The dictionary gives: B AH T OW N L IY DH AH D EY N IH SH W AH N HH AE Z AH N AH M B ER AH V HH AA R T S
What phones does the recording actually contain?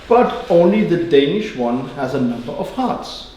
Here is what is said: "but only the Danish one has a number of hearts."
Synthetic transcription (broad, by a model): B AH T OW N L IY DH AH D EY N IH SH W AH N HH AE Z AH N AH M B ER AH V HH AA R T S